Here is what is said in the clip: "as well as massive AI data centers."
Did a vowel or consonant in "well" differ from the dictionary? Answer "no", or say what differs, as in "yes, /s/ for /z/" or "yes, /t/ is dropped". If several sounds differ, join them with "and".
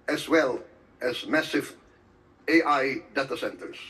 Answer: no